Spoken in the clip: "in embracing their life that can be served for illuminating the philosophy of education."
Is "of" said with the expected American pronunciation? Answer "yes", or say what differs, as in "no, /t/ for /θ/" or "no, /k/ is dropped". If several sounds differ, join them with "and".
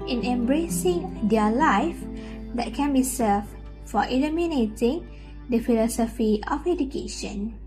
no, /f/ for /v/